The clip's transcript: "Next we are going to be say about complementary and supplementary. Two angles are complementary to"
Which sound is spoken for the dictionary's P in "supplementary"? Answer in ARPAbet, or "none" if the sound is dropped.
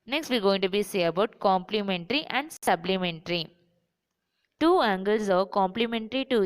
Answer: B